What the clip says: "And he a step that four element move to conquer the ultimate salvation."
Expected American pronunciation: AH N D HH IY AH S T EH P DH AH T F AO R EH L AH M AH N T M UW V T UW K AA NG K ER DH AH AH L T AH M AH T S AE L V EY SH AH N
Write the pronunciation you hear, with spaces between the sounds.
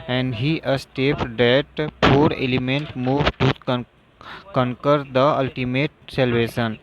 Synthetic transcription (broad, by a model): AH N D HH IY AH S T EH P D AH T P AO R EH L AH M AH N T M UW V T UW K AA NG K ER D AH AH L T AH M AH T S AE L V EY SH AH N